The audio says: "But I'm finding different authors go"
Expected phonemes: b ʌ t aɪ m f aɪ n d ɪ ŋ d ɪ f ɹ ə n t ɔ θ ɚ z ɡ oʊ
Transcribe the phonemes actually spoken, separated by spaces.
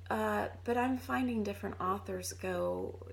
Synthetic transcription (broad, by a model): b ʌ t aɪ m f aɪ n d ɪ ŋ d ɪ f ɹ ə n t ɔ θ ɚ z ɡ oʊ